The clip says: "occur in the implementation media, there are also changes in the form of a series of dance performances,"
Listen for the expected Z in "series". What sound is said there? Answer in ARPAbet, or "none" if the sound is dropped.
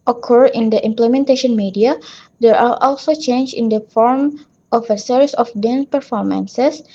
S